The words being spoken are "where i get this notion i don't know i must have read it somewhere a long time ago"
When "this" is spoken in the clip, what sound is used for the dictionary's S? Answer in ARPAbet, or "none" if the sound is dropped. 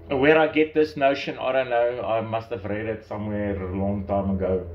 S